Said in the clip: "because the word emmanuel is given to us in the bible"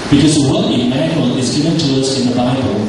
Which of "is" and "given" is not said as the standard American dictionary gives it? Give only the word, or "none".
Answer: none